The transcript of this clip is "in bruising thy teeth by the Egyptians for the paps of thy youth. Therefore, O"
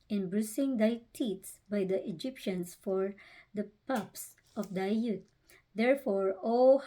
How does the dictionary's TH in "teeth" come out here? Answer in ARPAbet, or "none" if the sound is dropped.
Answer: S